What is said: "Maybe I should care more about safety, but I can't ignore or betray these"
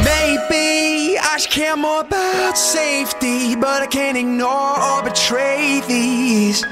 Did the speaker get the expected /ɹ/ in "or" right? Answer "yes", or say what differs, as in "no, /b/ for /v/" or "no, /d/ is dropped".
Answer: no, /l/ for /ɹ/